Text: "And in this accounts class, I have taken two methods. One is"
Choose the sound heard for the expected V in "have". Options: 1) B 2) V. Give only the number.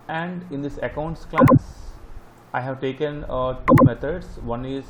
2